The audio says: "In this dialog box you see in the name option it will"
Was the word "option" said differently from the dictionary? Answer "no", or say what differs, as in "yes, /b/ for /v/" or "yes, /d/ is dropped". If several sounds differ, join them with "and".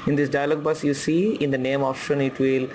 yes, /f/ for /p/